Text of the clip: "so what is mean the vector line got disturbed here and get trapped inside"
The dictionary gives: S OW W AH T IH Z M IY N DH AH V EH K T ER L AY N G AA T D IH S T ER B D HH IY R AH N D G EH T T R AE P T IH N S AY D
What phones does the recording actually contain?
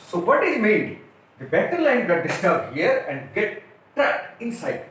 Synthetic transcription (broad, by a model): S OW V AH T IH Z M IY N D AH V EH T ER L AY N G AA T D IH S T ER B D HH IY R AH N D G EH T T R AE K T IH N S AY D